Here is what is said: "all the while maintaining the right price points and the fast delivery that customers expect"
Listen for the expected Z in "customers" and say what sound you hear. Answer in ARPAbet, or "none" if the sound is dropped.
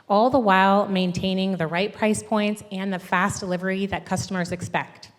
Z